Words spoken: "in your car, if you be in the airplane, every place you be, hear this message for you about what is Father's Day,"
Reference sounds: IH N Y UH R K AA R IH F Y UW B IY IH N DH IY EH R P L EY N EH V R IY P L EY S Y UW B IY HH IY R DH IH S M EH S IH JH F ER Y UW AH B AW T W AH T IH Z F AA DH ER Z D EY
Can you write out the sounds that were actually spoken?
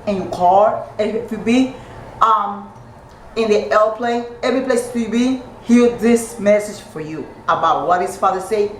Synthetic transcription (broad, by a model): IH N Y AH K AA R IH F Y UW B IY IH N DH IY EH L P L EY EH V R IY P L EY S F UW B IY HH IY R DH IH S M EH S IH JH F ER Y UW AH B AW T W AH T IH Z F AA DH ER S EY